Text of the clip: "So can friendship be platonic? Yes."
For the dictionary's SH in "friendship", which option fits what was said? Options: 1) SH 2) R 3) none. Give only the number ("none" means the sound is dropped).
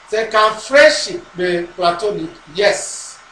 1